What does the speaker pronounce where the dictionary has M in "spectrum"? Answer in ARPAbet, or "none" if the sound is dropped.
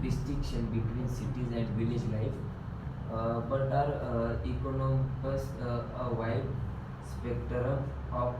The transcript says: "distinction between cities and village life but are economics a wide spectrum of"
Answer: none